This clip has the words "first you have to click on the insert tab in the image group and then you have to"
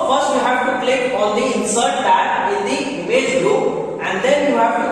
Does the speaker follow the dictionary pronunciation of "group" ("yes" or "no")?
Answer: no